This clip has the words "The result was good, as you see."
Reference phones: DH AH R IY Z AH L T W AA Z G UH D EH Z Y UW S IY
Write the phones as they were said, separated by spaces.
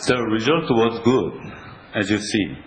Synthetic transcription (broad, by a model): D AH R IY Z AH L T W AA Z G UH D EH Z Y UW S IY